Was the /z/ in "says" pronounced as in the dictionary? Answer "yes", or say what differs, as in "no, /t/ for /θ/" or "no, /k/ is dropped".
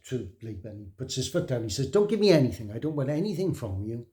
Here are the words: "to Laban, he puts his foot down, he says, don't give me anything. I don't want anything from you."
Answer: yes